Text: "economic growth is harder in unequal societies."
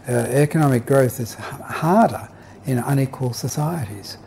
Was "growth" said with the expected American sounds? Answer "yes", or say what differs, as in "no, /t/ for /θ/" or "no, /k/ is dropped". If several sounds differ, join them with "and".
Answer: yes